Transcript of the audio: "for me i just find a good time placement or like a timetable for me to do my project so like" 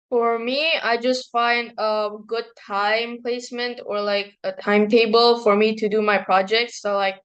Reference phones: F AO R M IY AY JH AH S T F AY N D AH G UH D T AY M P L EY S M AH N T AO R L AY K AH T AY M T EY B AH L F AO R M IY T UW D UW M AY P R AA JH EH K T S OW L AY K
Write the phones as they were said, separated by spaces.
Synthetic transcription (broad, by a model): F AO R M IY AY JH AH S T F AY N D AH G UH D T AY M P L EY S M AH N T AO R L AY K AH T AY M T EY B AH L F AO R M IY T UW D UW M AY P R AA JH EH K T S OW L AY K